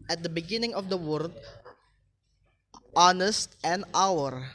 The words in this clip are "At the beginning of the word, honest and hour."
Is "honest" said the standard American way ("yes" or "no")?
yes